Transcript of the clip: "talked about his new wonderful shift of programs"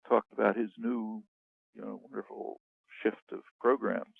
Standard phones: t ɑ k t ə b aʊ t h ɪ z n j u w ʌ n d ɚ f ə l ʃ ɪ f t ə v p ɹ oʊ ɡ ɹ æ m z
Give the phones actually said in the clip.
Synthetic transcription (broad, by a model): t ɑ k t ə b aʊ t h ɪ z n j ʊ w ʌ n d ɚ f l ʃ ɪ f t ə v p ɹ oʊ ɡ ɹ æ m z